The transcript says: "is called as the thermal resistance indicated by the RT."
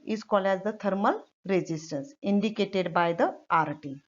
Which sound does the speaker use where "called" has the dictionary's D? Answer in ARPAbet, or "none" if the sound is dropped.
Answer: none